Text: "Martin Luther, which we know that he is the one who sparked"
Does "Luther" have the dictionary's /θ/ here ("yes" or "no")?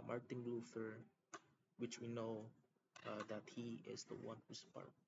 no